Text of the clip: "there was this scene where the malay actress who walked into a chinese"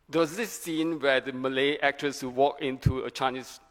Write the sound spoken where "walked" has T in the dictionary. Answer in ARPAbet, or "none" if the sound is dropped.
none